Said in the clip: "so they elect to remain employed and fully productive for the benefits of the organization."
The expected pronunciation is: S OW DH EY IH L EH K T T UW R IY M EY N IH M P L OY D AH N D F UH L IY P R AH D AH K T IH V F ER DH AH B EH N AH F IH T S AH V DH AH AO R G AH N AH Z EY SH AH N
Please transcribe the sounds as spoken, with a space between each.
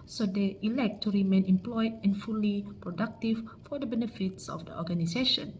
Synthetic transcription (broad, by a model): S OW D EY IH L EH K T T UW R IY M EY N IH M P L OY D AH N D F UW L IY P R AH D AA K T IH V F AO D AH B EH N AH F IH T S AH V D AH AO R G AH N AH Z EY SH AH N